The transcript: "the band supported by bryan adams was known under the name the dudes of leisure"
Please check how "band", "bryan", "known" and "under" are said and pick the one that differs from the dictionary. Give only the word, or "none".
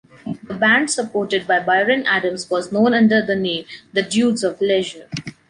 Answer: bryan